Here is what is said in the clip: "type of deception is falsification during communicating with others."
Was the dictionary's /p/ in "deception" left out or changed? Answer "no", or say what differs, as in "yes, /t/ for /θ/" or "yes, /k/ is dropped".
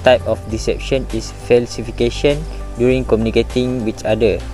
no